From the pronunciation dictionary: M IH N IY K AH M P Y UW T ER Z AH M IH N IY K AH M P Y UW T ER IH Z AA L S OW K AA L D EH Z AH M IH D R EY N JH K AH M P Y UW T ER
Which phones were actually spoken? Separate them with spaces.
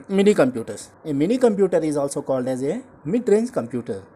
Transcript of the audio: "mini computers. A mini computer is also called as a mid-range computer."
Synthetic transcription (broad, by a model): M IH N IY K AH M P Y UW T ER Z AH M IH N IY K AH M P Y UW T ER IH Z AA L S OW K AA L D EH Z AH M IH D R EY N Z K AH M P Y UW T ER